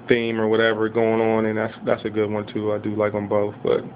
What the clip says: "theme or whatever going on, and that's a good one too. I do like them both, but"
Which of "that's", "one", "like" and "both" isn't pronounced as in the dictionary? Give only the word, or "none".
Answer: none